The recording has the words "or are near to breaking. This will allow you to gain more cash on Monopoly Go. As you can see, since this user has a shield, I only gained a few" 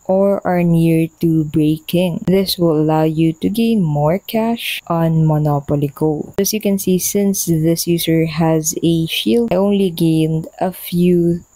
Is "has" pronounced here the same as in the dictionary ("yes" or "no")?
yes